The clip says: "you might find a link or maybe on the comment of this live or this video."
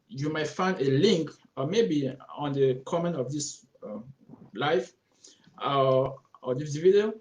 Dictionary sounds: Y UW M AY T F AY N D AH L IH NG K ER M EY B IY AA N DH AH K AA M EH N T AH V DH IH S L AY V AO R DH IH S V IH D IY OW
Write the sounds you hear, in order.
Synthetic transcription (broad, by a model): Y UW M AY T F AY N D AH L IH NG K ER M EY B IY AA N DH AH K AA M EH N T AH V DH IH S L AY F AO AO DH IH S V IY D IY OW